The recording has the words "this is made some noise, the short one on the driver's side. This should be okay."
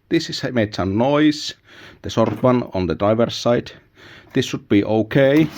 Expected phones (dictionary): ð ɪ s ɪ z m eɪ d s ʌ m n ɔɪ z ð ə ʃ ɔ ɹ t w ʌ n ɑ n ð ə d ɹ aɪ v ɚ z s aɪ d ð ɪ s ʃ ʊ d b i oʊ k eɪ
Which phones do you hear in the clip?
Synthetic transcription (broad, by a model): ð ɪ s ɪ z m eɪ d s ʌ n ɔɪ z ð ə s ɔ ɹ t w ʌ n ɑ n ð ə d ɹ aɪ v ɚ s aɪ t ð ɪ s ʃ ʊ d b i oʊ k eɪ